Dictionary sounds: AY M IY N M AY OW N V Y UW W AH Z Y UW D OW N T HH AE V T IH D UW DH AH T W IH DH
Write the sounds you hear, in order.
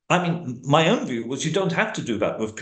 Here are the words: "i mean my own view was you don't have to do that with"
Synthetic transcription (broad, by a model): AY M IY N M AY OW N V Y UW W AH Z Y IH D OW N T HH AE F T IH D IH DH AH T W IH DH